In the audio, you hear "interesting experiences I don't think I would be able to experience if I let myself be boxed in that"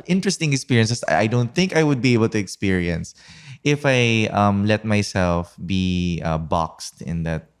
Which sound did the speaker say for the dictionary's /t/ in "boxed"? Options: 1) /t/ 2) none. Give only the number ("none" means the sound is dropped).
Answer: 1